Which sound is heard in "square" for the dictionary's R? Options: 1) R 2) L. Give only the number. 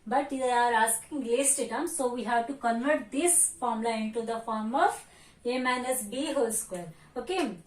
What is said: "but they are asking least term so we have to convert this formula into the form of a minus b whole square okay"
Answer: 2